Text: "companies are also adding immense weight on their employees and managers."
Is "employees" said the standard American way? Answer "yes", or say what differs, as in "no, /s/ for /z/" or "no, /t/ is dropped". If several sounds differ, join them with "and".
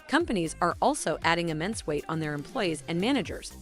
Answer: yes